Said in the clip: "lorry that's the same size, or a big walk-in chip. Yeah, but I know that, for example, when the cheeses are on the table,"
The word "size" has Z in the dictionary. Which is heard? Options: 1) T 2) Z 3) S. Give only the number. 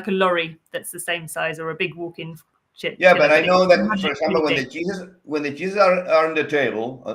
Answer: 2